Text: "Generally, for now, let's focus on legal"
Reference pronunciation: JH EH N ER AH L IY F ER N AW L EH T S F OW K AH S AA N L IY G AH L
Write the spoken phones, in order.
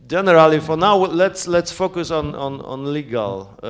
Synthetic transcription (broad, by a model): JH EH N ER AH L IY F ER N AW L EH T S F OW K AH S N N L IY G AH L